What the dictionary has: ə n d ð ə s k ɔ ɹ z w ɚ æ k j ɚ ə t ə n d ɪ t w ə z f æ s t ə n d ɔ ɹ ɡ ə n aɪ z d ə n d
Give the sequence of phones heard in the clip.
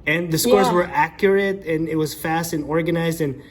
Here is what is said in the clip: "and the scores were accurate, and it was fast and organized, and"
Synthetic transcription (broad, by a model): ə n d ð ə s k ɔ ɹ z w ɚ æ k j ɚ ə t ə n ɪ t w ə z f æ s t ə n ɔ ɹ ɡ ə n aɪ z d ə n